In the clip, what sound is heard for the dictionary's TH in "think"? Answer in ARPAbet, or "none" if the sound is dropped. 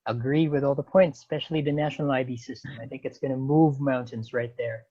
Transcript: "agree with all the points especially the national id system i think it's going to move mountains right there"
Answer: TH